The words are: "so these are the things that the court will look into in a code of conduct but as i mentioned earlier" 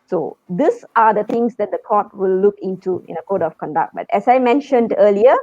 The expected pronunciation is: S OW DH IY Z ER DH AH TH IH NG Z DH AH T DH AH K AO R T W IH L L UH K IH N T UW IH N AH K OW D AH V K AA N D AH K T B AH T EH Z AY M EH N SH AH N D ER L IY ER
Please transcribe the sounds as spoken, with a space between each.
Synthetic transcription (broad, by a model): S OW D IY S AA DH AH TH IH NG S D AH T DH AH K AO T W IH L L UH K IH N T UW IH N AH K OW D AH F K AA N D AH K T B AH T EH S AY M EH N SH AH N D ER L IY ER